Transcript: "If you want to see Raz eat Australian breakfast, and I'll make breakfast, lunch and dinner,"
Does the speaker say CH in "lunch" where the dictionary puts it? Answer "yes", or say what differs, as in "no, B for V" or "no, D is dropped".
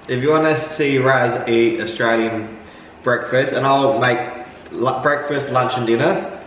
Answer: yes